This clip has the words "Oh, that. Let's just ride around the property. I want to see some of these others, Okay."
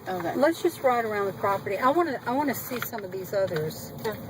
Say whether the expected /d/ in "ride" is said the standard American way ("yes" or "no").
yes